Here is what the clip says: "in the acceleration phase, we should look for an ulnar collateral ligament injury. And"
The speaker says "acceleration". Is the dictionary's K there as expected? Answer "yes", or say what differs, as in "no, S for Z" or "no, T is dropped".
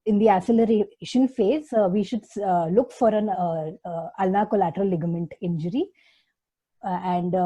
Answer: no, K is dropped